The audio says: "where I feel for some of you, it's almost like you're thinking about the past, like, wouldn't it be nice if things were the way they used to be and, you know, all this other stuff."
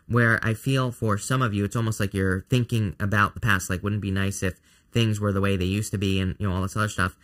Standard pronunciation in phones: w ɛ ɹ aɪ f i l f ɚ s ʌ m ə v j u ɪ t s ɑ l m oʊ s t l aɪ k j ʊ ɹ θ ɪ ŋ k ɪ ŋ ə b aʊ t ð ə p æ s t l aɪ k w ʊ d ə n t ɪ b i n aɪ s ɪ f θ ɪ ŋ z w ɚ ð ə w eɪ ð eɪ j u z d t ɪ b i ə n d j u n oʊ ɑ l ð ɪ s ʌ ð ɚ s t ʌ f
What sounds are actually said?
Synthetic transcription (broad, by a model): w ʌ ɹ aɪ f i l f ɚ s ʌ m ə v j u ɪ t s ɑ l m oʊ s t l aɪ k j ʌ ɹ θ ɪ ŋ k ɪ ŋ ə b aʊ t ð ə p æ s t l aɪ k w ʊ d n b i n aɪ s ɪ f θ ɪ ŋ z w ɚ ð ə w eɪ ð eɪ j u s t ɪ b i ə n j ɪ n oʊ ɑ l ð ɪ s ʌ ð ɚ s t ʌ f